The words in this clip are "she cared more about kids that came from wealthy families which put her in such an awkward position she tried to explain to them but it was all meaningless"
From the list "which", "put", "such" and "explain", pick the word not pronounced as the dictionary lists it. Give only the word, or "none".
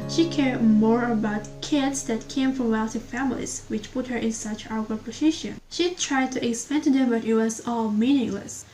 explain